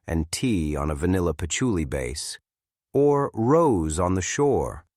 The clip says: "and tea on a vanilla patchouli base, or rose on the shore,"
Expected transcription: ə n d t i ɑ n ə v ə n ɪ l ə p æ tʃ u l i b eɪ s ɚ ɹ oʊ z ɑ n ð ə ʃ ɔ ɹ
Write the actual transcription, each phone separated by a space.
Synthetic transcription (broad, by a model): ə n t i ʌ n ə v ə n ɪ l ə p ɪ tʃ u l i b eɪ s ɚ ɹ oʊ z n ð ə ʃ ɔ ɹ